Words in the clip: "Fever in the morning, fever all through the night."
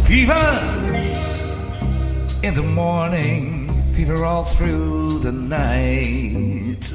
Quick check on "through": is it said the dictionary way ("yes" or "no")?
yes